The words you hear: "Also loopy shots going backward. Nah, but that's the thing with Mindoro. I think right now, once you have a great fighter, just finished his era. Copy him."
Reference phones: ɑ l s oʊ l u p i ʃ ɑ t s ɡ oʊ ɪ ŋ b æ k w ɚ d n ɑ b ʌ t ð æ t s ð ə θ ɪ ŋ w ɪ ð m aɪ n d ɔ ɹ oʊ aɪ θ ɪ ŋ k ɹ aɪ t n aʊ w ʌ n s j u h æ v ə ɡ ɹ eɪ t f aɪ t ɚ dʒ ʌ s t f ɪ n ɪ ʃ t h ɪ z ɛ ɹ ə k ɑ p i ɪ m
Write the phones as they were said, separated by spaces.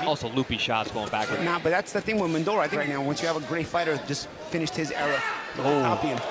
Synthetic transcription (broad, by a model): ɑ l s oʊ l u p i ʃ ɑ t s ɡ oʊ ɪ ŋ b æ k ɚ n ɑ b ʌ t ð æ t s ð ə θ ɪ ŋ w ɪ ð m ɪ n d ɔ l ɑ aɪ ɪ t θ ɹ aɪ t n aʊ w ʌ n s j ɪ v ə ɡ ɹ eɪ t f aɪ t ɚ dʒ ʌ s t f ɪ n ɪ ʃ t h ɪ z ɛ ɹ ə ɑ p i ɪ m